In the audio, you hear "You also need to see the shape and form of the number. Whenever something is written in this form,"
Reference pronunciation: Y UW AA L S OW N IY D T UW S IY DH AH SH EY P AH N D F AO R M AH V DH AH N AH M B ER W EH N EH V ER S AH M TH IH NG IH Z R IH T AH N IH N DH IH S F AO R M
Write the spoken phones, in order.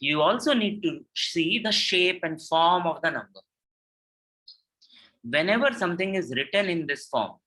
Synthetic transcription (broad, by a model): Y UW AA L S OW N IY D T UW S IY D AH SH EY P AH N D F AO R M AH V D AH N AH M B ER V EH N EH V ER S AH M T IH NG IH Z R IH T AH N IH N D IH S F AO R M